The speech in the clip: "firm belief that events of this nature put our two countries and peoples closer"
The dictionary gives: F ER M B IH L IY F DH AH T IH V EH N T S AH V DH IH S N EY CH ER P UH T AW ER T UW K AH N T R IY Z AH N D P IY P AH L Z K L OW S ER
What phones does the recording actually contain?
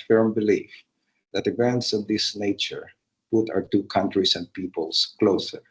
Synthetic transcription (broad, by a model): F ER M B IH L IY F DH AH T IH V EH N T S AH V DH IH S N EY CH ER P UH T AW ER T UW K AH N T R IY S AH N D P IY P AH L S K L OW S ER